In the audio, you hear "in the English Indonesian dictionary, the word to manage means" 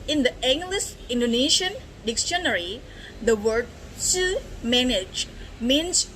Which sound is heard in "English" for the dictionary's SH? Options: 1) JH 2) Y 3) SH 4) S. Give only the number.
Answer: 4